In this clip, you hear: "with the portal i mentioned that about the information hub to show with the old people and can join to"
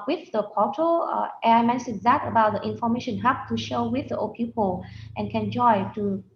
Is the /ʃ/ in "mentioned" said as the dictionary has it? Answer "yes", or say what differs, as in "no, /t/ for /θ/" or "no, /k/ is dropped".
no, /s/ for /ʃ/